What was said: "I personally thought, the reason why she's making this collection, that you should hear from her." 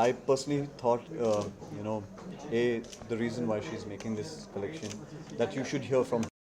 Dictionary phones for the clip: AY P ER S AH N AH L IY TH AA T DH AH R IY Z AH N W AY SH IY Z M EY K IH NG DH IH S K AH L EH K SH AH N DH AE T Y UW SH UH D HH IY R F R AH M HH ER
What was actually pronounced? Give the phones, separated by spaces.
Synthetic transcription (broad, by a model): AY P ER S AH N AH L IY T AA T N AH R IY Z AH N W AY SH IY Z M EY K IH NG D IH S K AH L EH K SH AH N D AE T Y UW SH UH D HH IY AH F R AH M